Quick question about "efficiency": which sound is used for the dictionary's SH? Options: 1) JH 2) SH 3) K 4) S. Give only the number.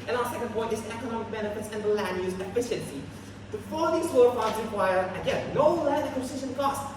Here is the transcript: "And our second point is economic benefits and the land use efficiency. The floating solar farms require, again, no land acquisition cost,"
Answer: 2